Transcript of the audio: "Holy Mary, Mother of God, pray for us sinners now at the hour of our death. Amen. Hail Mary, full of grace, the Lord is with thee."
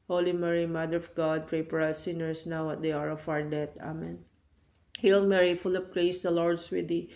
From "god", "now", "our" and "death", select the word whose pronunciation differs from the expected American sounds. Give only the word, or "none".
death